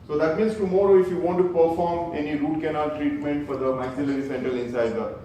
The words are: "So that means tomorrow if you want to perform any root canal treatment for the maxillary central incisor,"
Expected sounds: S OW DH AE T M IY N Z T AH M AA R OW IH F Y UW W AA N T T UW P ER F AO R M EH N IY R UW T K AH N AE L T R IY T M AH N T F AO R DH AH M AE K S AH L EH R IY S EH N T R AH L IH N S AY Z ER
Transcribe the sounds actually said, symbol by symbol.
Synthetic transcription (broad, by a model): S OW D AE T M IY N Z T AH M AA R OW IH F Y UW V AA N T T UW P ER F AO R M EH N IY R UW T K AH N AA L T R IY T M AH N T F AO R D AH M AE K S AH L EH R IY S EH N T AH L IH N S AY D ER